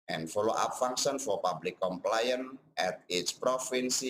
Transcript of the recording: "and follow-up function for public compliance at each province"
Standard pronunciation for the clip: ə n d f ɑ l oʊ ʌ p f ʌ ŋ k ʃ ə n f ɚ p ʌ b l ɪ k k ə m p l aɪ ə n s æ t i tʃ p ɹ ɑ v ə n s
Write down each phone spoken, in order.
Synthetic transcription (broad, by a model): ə n f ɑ l oʊ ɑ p f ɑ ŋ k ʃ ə n f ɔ p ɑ b l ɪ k k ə m p l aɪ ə n ɛ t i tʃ p ɹ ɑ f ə n s